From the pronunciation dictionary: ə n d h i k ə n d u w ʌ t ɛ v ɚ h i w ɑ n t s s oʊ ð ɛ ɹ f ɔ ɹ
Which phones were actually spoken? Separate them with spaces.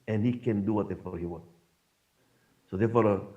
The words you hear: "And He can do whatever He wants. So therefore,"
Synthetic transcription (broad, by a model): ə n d h i k ə n d u w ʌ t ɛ f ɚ h i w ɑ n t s s oʊ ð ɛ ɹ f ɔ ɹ